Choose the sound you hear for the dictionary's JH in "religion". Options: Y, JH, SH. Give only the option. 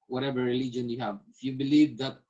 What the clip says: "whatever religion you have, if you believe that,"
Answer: JH